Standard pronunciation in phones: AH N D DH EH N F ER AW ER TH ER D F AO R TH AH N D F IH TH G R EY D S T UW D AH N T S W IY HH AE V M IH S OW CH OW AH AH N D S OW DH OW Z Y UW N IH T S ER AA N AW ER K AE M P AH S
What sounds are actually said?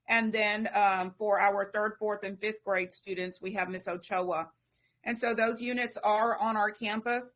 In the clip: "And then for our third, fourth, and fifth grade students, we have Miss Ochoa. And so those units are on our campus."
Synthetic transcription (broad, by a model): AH N DH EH N F ER AW ER TH ER D F AO R TH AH N F IH TH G R EY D S T UW D N T S W IY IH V M IH S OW CH OW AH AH N S OW DH OW Z Y UW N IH T S ER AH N AW ER K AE M P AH S